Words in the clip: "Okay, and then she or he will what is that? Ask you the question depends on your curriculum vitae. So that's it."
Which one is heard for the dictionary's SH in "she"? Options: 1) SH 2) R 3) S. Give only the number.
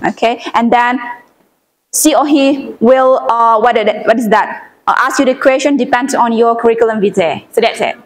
3